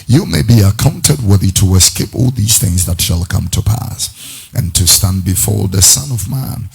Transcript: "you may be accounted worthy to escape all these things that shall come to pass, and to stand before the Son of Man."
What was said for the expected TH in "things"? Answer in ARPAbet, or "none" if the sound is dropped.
TH